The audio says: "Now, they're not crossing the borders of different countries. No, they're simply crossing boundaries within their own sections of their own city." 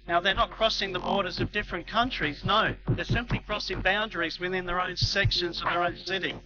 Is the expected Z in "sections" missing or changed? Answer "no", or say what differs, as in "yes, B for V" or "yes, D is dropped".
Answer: no